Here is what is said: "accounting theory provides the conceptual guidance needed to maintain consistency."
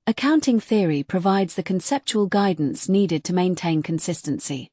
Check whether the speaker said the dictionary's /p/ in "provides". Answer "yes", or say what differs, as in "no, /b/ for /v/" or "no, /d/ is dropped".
yes